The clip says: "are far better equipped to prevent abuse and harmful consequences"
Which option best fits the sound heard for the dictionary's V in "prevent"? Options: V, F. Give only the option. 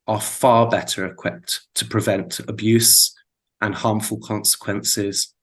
V